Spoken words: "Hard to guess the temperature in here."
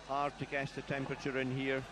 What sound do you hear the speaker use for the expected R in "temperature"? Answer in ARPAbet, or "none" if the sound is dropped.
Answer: R